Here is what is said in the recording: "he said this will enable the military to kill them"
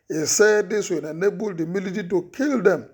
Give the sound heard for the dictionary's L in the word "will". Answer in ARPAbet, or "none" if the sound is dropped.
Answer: N